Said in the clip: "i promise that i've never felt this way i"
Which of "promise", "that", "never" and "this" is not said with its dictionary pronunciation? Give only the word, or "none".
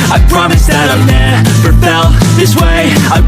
never